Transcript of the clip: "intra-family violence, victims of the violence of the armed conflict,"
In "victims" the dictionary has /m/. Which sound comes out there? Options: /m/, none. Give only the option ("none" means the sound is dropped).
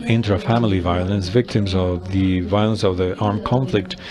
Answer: /m/